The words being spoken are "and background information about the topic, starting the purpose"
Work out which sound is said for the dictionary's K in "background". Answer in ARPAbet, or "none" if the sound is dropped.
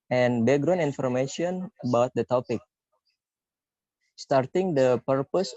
none